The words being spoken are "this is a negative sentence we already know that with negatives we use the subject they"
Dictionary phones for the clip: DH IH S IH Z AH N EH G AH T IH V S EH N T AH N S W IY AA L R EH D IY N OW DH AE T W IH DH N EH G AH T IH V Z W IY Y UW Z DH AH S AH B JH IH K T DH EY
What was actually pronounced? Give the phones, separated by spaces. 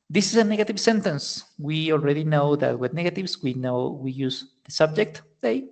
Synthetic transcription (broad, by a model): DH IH S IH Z AH N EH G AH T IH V S EH N T AH N S W IY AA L R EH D IY N OW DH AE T W IH DH N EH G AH T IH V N W IY Y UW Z DH AH S AH B JH IH K T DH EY